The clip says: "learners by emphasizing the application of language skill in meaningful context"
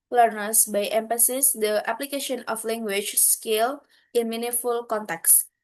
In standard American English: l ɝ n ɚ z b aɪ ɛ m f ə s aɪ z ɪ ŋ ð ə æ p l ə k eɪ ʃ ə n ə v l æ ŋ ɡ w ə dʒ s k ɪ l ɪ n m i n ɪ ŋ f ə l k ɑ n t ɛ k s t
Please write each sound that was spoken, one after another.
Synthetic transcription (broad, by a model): l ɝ n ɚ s b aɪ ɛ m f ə s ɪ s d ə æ p l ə k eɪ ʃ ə n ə f l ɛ ŋ ɡ w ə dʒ s k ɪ l ɪ n m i n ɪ f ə l k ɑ n t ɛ k s